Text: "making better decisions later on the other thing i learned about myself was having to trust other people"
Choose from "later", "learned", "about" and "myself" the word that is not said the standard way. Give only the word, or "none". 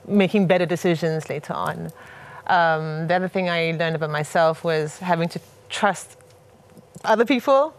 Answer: none